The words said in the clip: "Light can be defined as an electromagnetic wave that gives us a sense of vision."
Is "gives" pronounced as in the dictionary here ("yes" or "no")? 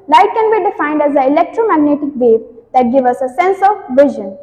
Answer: no